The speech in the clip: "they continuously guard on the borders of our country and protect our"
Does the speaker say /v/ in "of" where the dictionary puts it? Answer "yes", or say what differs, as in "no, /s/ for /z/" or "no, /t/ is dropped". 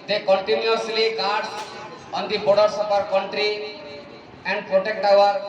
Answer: no, /p/ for /v/